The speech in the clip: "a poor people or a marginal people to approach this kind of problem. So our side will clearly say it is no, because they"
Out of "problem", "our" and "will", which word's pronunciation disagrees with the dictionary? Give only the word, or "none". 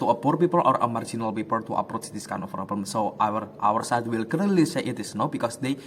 problem